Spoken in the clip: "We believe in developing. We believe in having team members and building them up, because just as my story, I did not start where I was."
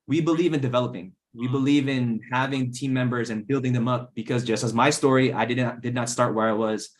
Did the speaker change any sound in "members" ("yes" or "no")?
no